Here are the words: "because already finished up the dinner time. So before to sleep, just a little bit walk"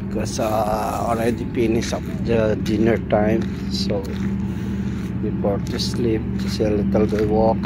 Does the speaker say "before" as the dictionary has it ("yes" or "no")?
no